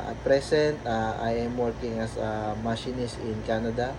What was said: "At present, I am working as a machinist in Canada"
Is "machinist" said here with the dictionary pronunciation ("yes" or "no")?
no